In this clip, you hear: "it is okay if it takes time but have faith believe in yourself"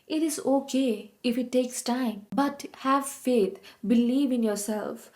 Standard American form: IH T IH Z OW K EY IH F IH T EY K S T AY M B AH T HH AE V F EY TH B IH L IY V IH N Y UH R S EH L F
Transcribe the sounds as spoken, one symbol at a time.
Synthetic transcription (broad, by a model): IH T IH Z OW K EY IH F IH T EY K S T AY M B AH T HH AE V F EY T B IH L IY V IH N Y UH R S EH L F